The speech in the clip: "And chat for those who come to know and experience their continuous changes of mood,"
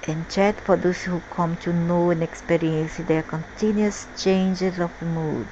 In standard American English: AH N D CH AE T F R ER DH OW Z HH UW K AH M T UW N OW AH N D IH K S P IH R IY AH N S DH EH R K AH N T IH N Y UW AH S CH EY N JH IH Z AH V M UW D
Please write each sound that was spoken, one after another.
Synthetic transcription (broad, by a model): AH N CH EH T P R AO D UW S HH UW K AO M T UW N OW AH N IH K S P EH R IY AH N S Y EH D K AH N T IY N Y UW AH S CH EY N JH IH Z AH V M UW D